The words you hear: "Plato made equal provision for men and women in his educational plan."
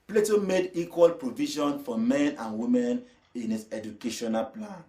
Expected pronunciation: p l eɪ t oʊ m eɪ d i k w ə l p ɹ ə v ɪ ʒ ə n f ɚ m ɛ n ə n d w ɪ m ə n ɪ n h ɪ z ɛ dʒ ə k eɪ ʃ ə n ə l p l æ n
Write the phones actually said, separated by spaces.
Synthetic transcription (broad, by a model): p l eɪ t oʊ m eɪ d i k w ə l p ɹ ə v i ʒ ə n f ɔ m ɛ n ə n w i m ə n ɪ n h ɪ s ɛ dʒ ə k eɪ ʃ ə n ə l p l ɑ n